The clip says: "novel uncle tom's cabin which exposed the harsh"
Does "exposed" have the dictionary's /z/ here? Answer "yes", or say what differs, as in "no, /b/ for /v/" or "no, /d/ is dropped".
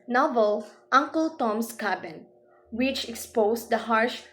no, /s/ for /z/